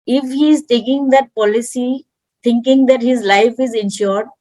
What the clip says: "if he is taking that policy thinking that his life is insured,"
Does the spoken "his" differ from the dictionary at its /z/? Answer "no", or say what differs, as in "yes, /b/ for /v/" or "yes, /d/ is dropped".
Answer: no